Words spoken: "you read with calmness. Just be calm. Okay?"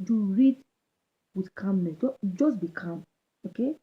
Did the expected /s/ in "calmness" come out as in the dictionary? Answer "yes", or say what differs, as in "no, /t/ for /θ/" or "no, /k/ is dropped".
no, /s/ is dropped